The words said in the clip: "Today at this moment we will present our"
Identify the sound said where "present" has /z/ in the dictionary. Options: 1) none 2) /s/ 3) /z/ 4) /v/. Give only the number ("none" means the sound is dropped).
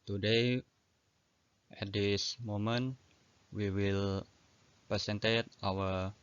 2